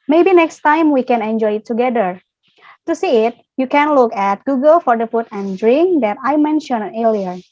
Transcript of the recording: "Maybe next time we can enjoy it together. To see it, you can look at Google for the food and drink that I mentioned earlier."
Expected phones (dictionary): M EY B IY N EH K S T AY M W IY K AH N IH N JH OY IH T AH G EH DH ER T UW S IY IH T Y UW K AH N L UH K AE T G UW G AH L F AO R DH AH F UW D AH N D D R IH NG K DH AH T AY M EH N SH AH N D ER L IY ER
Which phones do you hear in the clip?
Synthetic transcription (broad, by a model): M EY B IY N EH K S T AY M W IY K AH N IH N JH OY IH T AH G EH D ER T UW S IY IH T Y UW K AH N L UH K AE T G UW G AH L F AO R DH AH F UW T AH N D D R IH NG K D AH T AY M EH N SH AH N ER L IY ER